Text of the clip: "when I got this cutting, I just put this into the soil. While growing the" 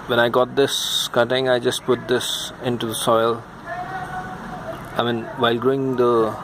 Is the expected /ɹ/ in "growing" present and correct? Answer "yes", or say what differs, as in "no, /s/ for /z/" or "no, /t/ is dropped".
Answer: yes